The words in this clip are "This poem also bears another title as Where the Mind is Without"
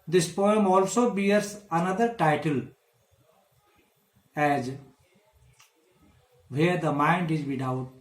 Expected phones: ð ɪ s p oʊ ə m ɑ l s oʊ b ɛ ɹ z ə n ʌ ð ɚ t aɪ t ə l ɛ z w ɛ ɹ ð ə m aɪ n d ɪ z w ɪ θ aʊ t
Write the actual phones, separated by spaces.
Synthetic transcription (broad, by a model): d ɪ s p oʊ ə m ɑ l s oʊ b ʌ ɹ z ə n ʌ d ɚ t aɪ t ə l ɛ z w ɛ ɹ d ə m aɪ n d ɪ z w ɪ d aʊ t